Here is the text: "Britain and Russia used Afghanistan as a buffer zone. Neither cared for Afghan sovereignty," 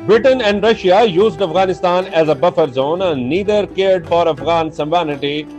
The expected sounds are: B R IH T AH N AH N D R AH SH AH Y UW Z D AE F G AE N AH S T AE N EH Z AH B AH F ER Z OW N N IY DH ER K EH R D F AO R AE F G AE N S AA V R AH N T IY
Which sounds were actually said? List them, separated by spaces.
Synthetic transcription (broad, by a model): B R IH T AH N AH N D R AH SH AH Y UW Z D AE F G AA N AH S T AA N EH Z AH B AH F ER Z OW N N IY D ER K EH R D F AO R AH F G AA N S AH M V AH N T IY